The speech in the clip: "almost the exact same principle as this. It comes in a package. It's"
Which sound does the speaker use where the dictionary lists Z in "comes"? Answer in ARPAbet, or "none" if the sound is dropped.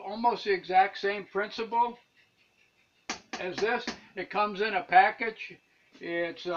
Z